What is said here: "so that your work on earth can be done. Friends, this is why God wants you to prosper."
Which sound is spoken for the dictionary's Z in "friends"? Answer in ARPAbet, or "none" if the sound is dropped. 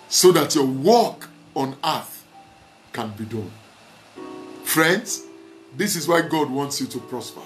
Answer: S